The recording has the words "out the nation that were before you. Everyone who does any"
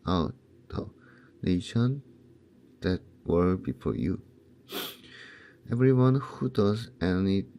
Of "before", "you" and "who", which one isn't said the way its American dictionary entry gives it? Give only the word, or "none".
none